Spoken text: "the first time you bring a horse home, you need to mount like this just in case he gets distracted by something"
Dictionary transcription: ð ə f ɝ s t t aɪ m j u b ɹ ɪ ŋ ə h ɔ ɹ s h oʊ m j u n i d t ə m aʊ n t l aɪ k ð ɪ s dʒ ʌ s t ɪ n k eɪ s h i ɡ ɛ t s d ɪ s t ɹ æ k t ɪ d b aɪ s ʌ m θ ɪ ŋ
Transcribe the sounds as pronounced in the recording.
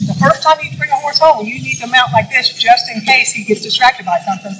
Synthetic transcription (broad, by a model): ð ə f ɝ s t t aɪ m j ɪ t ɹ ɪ ə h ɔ ɹ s h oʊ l j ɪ n i d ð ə m aʊ n t l aɪ k ð ɪ s dʒ ʌ s t ɪ n k eɪ s h i ɡ ɛ t s d ɪ s t ɹ æ k t ɪ d b aɪ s ʌ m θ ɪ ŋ